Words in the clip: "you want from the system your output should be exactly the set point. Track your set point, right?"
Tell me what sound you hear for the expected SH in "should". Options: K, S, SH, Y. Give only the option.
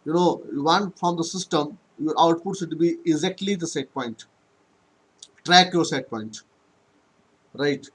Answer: S